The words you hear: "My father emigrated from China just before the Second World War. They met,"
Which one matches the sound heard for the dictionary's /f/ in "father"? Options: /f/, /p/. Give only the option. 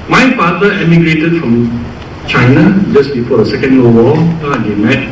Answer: /p/